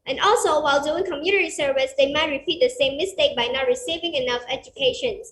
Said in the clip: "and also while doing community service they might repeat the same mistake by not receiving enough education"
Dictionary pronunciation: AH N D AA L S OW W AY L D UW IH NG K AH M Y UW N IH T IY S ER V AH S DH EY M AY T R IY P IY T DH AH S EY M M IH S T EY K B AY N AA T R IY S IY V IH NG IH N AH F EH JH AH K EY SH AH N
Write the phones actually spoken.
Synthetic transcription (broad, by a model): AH N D AA L S OW W AY L D UW IH NG K AH M Y UW N IH T IY S ER V AH S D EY M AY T R IY P IY T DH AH S EY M M IH S T EY K B AY N AA T R IY S IY V IH NG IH N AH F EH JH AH K EY SH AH N